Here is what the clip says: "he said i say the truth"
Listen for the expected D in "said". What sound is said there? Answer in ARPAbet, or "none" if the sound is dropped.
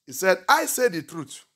D